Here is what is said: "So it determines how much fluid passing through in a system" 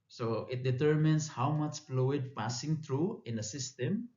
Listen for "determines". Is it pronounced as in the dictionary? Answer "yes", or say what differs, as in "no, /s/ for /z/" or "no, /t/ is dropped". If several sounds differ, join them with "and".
no, /s/ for /z/